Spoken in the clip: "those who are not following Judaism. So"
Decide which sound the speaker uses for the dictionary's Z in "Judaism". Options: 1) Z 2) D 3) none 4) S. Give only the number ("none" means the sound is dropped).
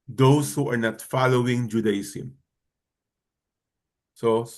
4